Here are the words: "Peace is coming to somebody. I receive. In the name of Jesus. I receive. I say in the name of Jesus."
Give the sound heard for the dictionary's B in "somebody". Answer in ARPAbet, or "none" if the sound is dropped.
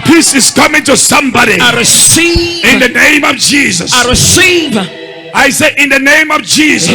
B